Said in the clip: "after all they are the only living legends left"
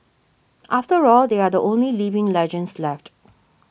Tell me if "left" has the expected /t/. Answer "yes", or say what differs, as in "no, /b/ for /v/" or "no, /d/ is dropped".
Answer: yes